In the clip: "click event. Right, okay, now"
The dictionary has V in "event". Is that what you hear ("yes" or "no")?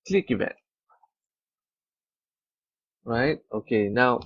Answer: no